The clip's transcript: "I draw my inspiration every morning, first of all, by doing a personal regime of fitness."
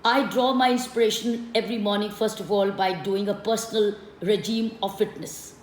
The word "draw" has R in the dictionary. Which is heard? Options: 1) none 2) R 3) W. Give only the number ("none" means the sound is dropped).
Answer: 2